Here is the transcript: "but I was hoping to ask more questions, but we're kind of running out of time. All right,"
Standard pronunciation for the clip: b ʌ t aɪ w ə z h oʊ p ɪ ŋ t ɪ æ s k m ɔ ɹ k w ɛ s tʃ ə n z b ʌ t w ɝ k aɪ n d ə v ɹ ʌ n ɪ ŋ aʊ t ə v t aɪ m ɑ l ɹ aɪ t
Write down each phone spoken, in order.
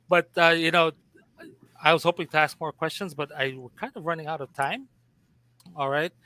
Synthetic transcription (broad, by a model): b ʌ t aɪ w ə z h oʊ p ɪ ŋ t ɪ æ s k m ɔ ɹ k w ɛ s tʃ ə n z b ʌ t w ɝ k aɪ n d ə v ɹ ʌ n ɪ ŋ aʊ t ə v t aɪ m ɑ l ɹ aɪ t